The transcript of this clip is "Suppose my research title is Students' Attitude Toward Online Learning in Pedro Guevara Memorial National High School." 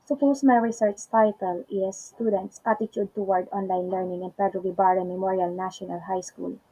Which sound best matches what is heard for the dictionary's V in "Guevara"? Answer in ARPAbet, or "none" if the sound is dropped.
B